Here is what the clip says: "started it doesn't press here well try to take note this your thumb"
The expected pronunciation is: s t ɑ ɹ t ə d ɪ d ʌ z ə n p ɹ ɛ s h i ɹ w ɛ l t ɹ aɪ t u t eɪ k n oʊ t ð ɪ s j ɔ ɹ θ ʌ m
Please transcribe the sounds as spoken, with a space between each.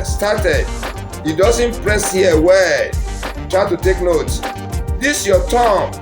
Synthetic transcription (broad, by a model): s t ɑ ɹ t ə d ɪ d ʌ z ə n p ɹ ɛ s h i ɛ w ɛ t ɹ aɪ t u t eɪ k n oʊ t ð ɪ s j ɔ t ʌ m